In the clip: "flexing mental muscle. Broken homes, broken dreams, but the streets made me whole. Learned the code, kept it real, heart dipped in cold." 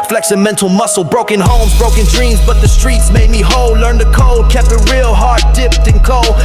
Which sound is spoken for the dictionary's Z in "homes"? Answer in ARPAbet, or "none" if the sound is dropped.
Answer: Z